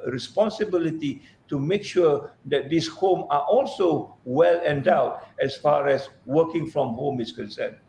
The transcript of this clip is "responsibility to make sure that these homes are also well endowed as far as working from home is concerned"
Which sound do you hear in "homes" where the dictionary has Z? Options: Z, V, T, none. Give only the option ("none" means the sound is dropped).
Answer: none